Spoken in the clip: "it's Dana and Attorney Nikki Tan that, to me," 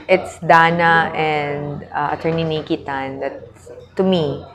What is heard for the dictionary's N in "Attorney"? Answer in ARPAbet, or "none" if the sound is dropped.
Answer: N